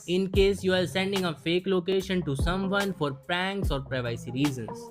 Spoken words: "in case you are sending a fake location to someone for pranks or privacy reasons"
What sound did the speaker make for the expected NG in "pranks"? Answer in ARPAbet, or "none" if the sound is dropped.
NG